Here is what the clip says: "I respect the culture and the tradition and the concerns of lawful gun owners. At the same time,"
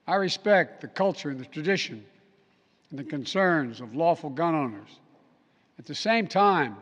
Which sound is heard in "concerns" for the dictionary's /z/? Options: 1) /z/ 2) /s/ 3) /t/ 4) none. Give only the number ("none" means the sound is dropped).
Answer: 1